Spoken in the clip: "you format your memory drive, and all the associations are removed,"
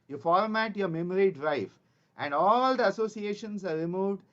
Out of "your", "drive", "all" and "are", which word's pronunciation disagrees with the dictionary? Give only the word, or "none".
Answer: drive